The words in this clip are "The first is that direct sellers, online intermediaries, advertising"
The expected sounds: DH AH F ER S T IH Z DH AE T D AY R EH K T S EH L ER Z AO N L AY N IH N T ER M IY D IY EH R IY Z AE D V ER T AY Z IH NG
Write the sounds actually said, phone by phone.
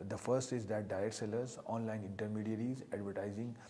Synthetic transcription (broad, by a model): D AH F ER S T IH Z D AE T D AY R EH T S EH L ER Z AO N L AY N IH N T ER M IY D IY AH R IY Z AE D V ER T AY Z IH NG